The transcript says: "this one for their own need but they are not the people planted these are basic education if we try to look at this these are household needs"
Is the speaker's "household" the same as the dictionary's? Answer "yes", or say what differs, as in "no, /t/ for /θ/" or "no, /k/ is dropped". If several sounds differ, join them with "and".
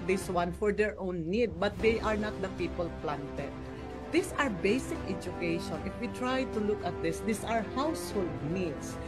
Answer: yes